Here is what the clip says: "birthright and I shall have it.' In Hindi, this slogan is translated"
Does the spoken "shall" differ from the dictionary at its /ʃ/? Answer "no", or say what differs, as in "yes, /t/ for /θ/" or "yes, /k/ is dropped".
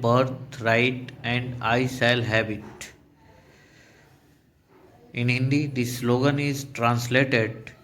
yes, /s/ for /ʃ/